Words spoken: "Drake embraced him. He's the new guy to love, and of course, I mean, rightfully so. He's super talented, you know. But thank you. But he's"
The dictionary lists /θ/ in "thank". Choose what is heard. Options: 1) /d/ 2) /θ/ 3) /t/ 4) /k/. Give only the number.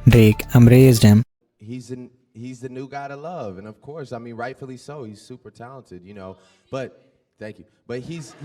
2